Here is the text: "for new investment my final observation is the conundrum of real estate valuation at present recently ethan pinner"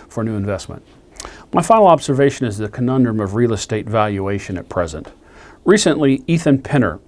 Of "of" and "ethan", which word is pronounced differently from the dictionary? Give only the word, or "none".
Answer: none